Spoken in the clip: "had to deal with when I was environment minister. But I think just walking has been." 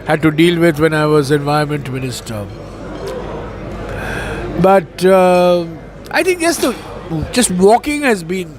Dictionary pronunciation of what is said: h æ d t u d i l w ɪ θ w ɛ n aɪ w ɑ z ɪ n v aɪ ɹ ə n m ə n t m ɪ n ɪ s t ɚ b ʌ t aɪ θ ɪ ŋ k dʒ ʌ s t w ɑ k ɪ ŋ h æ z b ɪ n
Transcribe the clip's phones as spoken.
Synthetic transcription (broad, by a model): h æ d t u d i l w ɪ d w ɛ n aɪ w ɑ z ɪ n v aɪ ə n m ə n t m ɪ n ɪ s t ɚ b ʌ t aɪ t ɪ ŋ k dʒ ʌ s t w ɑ k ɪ ŋ h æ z b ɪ n